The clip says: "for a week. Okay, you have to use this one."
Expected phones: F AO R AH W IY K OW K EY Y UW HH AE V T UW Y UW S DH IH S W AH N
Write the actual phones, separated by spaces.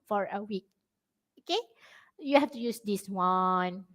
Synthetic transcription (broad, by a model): F AO R AH W IY K OW K EY Y UW HH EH F T UW Y UW S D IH S W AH N